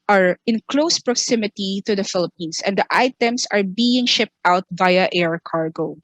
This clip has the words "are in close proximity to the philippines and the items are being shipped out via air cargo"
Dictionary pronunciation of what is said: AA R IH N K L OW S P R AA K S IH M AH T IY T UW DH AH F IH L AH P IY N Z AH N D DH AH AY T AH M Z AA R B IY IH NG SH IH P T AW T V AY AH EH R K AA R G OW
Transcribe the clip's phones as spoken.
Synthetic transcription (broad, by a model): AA R IH N K L OW S P R AA K S IH M AH T IY T UW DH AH F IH L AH P IY N S AH N D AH AY T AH M S AA R B IY IH NG SH IH P T AW T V AY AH EH R K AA R G OW